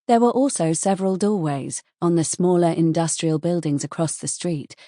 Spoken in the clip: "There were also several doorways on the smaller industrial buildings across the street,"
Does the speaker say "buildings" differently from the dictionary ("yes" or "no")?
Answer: no